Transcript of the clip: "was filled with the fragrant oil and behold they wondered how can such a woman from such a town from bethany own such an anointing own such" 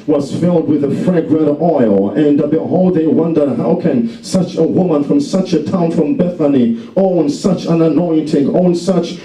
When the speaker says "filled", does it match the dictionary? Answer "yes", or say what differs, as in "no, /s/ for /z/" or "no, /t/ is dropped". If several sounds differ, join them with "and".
yes